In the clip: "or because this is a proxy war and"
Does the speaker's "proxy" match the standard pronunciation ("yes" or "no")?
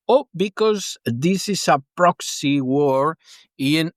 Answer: yes